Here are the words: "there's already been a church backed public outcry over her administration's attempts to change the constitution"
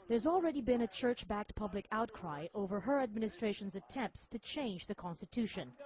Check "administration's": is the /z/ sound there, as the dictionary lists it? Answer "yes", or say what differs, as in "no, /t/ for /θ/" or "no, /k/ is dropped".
yes